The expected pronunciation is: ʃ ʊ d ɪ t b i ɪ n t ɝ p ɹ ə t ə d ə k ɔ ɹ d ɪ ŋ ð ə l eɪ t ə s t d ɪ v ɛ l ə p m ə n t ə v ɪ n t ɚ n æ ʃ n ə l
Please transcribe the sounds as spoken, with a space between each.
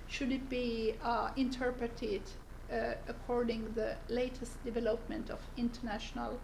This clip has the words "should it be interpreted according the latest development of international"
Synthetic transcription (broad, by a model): ʃ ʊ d ɪ t b i ɪ n t ɝ p ɹ ə t ə d ə k ɔ ɹ d ɪ ŋ ð ə l eɪ t ə s t d ɪ v ɛ l ə p m ə n t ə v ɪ n t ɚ n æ ʃ n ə l